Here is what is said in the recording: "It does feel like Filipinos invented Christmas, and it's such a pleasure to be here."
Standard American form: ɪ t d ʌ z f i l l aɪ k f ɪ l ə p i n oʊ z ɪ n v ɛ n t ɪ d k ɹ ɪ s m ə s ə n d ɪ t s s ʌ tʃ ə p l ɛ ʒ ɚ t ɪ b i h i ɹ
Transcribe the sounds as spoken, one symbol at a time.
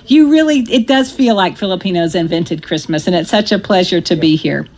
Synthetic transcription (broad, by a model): ɪ t d ʌ z f i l l aɪ k f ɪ l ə p i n oʊ z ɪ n v ɛ n t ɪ d k ɹ ɪ s m ə s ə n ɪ t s s ʌ tʃ ə p l ɛ ʒ ɚ t ɪ b i h i ɹ